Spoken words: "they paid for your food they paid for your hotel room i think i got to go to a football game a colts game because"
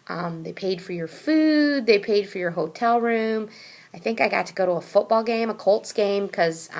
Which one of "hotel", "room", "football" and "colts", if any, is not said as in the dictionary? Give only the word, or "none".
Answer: none